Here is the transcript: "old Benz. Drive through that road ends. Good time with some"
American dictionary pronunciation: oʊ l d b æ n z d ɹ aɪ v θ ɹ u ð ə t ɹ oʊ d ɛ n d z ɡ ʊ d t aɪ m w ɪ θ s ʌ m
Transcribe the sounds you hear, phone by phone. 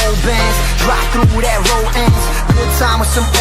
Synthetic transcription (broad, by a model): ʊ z b æ n z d ɹ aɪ p θ ɹ u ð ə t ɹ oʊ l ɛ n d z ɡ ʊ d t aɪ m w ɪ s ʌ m